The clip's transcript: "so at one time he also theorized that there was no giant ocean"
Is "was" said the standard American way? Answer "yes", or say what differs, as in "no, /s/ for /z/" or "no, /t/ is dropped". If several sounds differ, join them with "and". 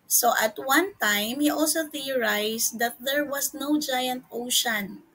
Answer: no, /s/ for /z/